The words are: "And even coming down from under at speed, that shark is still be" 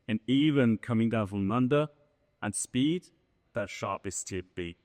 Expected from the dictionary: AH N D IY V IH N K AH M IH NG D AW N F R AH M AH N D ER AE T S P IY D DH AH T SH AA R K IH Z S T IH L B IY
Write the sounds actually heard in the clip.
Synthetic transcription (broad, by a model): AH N IY V IH N K AH M IH NG D AW N F R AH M AH N D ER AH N S P IY D DH AH T SH AA R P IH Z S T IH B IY